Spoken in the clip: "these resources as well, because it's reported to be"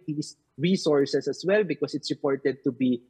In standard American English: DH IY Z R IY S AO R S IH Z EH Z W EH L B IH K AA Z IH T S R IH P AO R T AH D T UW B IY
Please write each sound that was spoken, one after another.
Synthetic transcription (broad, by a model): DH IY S R IY S AO R S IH S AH S W EH L B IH K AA S IH T S R IH P AO R T AH D T UW B IY